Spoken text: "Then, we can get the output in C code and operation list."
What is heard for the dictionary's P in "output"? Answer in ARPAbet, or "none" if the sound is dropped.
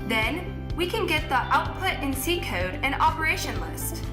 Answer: P